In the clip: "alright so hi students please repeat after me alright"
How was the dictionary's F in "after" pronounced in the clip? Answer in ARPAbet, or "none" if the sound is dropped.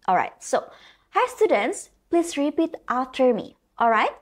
none